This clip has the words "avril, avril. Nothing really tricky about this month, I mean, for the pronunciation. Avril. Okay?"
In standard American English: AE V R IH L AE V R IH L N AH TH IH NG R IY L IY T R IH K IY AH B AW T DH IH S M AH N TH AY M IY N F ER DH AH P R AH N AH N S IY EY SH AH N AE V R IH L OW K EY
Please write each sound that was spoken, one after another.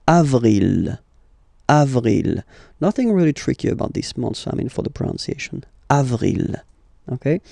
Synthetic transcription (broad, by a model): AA V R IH L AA V R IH L N AH TH IH NG R IY L IY T R IH K IY AH B AW T DH IH S M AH N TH AY M IY N F ER DH AH P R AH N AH N S IY EY SH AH N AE V R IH L OW K EY